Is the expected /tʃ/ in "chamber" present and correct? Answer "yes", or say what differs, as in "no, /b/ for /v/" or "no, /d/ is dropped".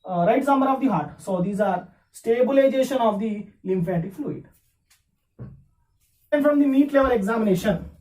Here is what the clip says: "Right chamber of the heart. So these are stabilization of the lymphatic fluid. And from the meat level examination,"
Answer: no, /s/ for /tʃ/